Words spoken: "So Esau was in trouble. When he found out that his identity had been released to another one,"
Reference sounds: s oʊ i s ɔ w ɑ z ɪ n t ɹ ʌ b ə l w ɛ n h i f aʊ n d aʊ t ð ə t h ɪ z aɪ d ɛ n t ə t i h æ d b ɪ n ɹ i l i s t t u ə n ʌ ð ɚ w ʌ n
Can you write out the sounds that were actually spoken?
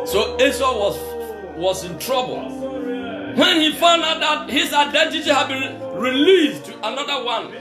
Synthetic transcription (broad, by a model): s oʊ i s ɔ w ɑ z ɪ n t ɹ ʌ b ə l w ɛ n h i f aʊ n d aʊ t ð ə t h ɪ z aɪ d ɛ n t ə t i h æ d b ɪ n ɹ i l i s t t u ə n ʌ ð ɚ w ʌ n